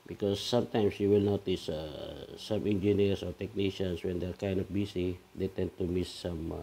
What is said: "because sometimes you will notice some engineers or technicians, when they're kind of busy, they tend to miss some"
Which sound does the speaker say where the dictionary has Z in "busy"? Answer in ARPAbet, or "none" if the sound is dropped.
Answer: S